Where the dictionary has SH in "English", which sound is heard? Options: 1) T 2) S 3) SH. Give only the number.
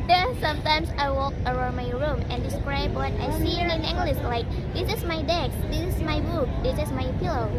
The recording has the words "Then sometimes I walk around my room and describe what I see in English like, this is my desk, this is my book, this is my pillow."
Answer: 2